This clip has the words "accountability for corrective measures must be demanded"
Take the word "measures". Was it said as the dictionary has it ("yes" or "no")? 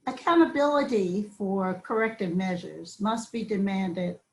yes